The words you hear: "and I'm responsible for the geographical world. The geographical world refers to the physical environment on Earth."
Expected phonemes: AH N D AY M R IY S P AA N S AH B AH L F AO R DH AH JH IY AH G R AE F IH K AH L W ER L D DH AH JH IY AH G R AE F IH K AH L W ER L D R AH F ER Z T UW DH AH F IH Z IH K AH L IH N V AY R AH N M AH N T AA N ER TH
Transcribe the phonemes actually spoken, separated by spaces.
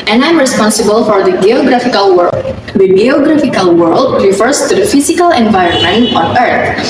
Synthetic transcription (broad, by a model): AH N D AY M R IY S P AA N S AH B AH L F AO R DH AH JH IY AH G R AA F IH K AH L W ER D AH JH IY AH G R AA F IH K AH L W ER L D R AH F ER S T UW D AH F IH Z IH K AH L IH N V AY R AH N M AH N T AA N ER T